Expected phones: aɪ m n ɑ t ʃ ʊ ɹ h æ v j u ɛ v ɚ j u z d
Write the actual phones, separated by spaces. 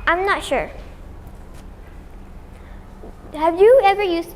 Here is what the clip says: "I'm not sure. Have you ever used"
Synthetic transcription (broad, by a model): aɪ m n ɑ t ʃ ʊ ɹ h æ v j u ɛ v ɚ j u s